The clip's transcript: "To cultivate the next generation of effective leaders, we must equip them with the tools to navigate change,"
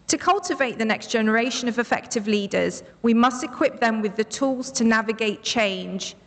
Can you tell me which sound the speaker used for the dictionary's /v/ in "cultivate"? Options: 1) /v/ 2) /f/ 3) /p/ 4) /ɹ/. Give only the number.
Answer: 1